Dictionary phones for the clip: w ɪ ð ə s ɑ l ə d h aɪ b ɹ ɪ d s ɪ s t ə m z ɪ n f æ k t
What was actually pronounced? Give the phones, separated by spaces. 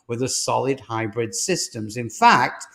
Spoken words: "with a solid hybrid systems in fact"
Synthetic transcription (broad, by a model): w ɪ ð ə s ɑ l ə d h aɪ b ɹ ɪ d s ɪ s t ə m z ɪ n f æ k t